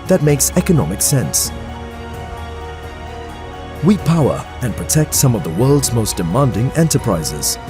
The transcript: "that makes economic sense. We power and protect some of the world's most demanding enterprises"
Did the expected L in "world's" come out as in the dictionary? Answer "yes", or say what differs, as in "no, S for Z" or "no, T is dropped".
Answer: yes